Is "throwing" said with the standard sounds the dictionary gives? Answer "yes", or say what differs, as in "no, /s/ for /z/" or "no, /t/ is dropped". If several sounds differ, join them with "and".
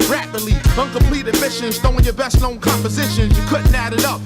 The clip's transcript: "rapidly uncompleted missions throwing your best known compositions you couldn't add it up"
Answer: no, /ɹ/ is dropped